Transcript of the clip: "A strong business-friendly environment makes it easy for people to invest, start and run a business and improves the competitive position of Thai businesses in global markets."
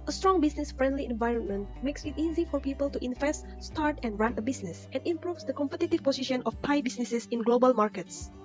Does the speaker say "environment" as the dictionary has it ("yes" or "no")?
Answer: yes